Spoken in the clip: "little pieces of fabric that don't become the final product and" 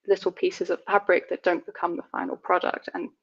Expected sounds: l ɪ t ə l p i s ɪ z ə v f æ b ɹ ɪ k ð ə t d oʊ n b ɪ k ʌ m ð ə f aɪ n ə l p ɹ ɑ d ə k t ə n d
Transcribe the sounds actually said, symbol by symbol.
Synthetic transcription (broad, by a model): l ɪ t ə l p i s ɪ z ə v f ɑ b ɹ ɪ k ð ə t d oʊ n b ɪ k ʌ m ð ə f aɪ n ə l p ɹ ɑ d ə k t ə n